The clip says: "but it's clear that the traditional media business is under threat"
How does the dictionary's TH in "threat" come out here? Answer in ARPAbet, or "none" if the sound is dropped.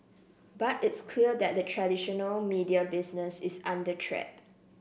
T